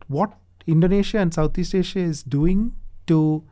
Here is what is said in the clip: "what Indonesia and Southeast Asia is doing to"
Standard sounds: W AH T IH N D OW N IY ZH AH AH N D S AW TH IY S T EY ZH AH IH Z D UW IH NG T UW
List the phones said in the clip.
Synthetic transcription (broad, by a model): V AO T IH N D OW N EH SH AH AH N D S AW T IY S T EY SH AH IH Z D UW IH NG T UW